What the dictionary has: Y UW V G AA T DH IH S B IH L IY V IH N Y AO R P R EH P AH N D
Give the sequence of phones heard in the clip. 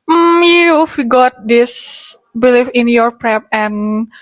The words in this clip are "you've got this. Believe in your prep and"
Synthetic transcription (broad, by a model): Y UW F G AA T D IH S B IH L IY F IH N Y AO R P R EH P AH N